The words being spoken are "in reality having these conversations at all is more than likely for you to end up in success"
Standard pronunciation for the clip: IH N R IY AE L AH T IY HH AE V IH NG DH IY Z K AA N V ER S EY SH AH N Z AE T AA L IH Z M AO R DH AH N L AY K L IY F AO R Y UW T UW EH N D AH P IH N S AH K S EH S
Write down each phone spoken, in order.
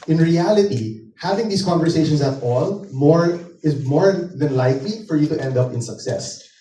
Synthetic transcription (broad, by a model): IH N R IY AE L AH T IY HH AE V IH NG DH IY S K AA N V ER S EY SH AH N S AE T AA L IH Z M AO R DH AH N L AY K L IY F AO R Y UW T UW EH N D AH P IH N S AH K S EH S